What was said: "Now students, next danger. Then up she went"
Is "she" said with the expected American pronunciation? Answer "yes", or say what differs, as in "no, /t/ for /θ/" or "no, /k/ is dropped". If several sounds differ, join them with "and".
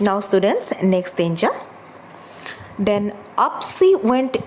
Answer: no, /s/ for /ʃ/